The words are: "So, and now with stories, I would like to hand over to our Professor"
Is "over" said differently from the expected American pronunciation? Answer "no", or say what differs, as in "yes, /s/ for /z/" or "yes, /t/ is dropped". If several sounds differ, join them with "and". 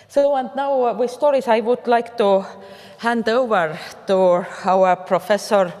no